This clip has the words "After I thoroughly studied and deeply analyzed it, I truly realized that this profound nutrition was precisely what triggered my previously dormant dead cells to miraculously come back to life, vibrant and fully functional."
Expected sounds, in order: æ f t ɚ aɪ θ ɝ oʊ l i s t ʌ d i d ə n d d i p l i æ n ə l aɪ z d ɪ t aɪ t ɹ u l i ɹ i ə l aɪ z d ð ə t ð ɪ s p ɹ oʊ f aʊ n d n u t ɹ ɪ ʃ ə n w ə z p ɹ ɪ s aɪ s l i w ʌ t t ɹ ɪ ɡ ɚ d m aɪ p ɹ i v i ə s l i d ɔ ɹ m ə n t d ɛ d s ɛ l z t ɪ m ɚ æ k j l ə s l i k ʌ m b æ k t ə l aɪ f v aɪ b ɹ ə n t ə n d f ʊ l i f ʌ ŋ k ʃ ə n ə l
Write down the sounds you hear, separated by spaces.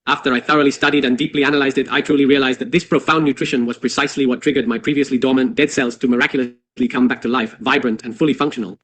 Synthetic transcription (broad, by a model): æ f t ɚ aɪ θ ɝ oʊ l i s t ʌ d i d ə n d d i p l i æ n ə l aɪ z d ɪ t aɪ t ɹ u l i ɹ i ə l aɪ z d ð ə t ð ɪ s p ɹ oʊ f aʊ n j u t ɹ ɪ ʃ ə n w ə z p ɹ ɪ s aɪ s l i w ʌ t t ɹ ɪ ɡ ɚ d m aɪ p ɹ i v i ə s l i d ɔ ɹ m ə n d ɛ d s ɛ l z t ɪ m ɚ æ k j l ə s l i k ʌ m b æ k t ə l aɪ f v aɪ b ɹ ə n t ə n f ʊ l i f ʌ ŋ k ʃ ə n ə l